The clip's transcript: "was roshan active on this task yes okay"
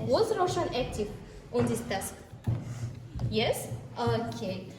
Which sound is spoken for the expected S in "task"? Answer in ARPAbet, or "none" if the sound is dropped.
S